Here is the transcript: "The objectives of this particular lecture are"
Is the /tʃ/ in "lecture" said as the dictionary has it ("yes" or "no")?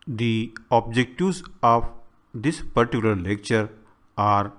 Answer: yes